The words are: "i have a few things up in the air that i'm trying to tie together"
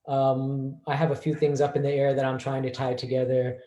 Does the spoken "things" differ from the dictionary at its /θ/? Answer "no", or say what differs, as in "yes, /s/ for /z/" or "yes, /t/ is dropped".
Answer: no